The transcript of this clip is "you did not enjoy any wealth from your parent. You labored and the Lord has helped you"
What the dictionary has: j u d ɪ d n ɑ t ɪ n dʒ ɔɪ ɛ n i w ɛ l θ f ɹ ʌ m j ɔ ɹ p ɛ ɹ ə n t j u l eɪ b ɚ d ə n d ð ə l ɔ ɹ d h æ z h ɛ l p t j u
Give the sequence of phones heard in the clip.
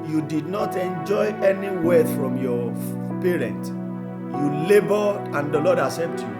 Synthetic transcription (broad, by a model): j u d ɪ d n ɑ t ɪ n dʒ ɔɪ ɛ n i w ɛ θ f ɹ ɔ m j ɔ p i ɹ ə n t j u l eɪ b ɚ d ə n d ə l ɔ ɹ d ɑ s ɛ p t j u